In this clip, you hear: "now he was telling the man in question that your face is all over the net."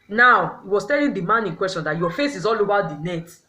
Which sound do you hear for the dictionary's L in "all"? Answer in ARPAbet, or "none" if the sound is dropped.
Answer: L